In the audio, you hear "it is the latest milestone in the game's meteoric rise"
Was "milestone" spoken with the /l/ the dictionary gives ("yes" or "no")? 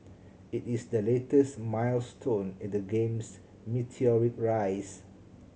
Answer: yes